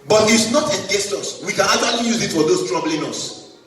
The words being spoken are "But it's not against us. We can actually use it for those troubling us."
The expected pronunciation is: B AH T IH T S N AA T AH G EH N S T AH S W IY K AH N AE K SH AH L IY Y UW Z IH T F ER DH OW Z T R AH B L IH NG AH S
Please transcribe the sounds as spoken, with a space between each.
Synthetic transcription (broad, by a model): B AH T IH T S N AA T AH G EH S T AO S W IY K AH N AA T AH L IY Y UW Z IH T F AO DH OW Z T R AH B L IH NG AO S